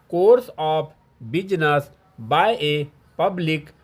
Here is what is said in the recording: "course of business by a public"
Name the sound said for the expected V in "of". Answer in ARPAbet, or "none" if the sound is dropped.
P